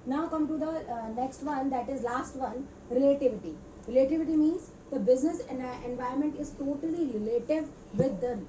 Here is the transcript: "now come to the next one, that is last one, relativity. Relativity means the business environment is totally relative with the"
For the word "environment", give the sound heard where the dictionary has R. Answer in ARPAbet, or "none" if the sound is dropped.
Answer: none